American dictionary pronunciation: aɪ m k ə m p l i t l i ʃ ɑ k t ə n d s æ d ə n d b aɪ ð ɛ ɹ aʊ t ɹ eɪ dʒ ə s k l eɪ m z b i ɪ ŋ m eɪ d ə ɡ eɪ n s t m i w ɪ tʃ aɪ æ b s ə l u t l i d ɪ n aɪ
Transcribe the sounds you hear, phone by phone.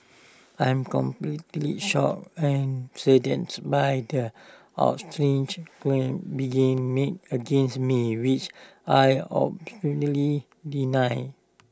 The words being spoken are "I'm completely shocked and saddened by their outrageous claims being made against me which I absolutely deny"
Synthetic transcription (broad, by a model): aɪ m k ə m p l i t l i ʃ ɑ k ə n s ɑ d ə n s b aɪ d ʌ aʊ t ɹ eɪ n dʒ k l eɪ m b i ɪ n m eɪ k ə ɡ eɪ n s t m i w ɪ tʃ aɪ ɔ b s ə n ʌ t l i d ɪ n aɪ